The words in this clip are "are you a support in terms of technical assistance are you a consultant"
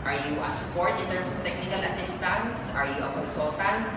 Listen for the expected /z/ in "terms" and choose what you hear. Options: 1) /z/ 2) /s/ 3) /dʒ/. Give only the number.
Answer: 2